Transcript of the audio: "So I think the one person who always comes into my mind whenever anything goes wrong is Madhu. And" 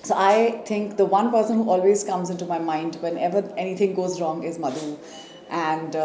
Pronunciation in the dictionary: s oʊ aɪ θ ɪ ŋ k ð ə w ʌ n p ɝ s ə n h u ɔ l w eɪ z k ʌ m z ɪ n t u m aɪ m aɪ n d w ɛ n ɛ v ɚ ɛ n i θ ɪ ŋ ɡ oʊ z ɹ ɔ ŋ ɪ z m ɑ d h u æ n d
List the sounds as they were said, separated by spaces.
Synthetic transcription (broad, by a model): s oʊ aɪ t ɪ ŋ k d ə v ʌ n p ɝ s ə n h u ɔ l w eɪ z k ʌ m z ɪ n t u m aɪ m aɪ n d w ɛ n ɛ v ɚ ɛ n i t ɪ ŋ ɡ oʊ z ɹ ɔ ŋ ɪ z m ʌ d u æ n d